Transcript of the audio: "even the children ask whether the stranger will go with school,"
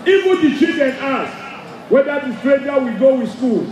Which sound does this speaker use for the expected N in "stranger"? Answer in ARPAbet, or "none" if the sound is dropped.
none